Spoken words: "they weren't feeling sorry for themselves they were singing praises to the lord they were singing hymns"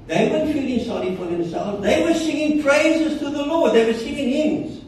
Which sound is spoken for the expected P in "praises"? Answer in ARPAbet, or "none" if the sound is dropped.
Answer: P